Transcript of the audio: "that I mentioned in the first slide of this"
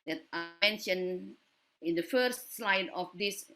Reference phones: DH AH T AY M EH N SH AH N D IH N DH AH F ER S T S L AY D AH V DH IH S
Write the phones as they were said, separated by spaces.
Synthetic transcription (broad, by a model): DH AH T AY M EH N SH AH N IH N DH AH F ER S T S L AY D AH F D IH S